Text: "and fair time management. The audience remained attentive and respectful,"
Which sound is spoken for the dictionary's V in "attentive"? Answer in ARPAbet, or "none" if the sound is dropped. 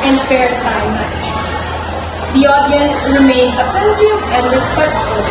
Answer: none